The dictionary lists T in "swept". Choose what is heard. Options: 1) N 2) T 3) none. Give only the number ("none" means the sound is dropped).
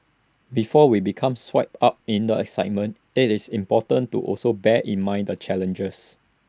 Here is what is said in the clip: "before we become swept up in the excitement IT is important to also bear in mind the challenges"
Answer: 3